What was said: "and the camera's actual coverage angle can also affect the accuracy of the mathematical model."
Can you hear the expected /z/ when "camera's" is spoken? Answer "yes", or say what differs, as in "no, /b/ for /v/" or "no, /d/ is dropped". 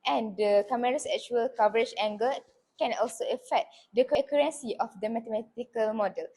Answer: no, /s/ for /z/